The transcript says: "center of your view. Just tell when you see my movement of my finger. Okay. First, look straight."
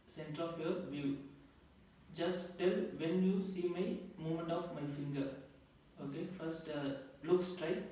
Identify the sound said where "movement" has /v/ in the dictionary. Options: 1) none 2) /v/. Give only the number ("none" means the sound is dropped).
1